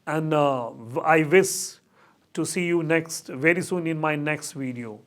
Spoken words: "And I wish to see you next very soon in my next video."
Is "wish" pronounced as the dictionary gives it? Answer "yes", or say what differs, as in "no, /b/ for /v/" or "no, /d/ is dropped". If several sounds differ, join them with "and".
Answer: no, /s/ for /ʃ/